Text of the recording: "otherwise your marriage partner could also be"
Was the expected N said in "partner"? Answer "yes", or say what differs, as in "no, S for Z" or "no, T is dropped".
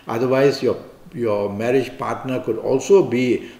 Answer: yes